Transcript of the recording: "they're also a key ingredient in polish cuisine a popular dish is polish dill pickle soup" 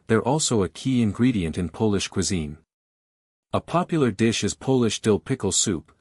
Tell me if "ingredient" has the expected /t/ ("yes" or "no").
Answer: yes